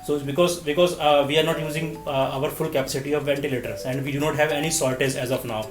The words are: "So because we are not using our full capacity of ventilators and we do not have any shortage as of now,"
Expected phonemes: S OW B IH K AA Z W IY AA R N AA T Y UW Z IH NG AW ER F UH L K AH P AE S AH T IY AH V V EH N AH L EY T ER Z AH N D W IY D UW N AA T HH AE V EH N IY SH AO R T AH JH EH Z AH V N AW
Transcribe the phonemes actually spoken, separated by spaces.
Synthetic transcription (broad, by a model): S OW B IH K AA Z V IY AA R N AA T Y UW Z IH NG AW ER F UH L K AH P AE S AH T IY AH V V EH N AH L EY T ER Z AH N D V IY D UW N AA T HH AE V EH N IY S AO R T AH Z EH Z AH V N AW